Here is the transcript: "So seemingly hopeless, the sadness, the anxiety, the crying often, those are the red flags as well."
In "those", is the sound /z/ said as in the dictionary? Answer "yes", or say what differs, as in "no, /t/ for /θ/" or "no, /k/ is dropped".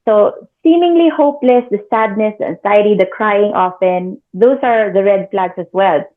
no, /s/ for /z/